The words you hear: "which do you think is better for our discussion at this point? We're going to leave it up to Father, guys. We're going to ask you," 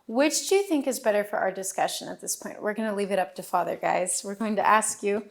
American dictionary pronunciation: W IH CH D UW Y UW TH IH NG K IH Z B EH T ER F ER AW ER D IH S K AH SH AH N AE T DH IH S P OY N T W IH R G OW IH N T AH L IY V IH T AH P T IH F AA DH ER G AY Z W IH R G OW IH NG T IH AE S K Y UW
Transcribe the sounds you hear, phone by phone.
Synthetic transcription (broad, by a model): W IH CH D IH Y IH TH IH NG K IH Z B EH T ER F ER AW ER D IH S K AH SH AH N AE T DH IH S P OY N T W IH R G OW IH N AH L IY V IH T AH P T IH F AA DH ER G AY Z W IH R G OW IH NG T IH AE S K Y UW